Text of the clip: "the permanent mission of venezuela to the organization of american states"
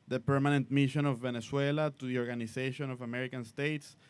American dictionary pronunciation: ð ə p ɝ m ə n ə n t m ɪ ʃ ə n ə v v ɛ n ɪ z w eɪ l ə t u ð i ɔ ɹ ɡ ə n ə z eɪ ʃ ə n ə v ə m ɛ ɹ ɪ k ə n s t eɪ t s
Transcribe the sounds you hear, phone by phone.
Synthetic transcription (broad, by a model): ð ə p ɝ m ə n ə n t m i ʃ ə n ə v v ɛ n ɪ s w eɪ l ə t u ð i ɔ ɹ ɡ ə n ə s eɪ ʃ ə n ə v ə m ɛ ɹ ɪ k ə n s t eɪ t s